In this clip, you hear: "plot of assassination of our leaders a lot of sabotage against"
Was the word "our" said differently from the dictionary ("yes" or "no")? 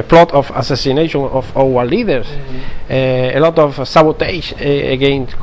yes